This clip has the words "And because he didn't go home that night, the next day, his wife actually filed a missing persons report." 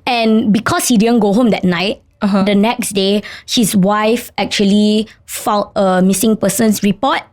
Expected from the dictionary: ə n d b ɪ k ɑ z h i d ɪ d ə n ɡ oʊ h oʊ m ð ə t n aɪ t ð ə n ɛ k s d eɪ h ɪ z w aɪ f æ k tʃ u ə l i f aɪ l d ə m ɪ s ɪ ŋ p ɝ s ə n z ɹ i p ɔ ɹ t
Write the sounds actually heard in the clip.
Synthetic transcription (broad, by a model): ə n b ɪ k ɑ s h i d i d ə n ɡ oʊ h oʊ m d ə t n aɪ t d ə n ɛ k s d eɪ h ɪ s w aɪ f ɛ k tʃ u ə l i f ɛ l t ə m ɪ s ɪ ŋ p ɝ s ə n s ɹ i p ɔ t